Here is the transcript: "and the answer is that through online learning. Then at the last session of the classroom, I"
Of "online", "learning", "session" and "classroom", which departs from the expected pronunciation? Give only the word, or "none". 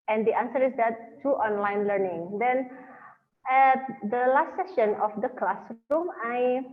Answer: classroom